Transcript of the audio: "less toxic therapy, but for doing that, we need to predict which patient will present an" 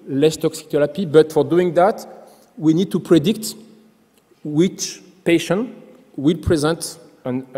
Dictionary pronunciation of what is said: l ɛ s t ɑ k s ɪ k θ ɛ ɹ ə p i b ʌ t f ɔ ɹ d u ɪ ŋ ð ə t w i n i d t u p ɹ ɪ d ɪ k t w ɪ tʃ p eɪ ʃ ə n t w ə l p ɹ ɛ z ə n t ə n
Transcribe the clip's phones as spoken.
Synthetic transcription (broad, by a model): l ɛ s t ɑ k s ɪ k t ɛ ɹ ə p i b ʌ t f ɔ ɹ d u ɪ ŋ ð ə t w i n i d t u p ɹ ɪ d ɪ k t w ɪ tʃ p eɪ ʃ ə n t w ə l p ɹ ɛ z ə n t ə n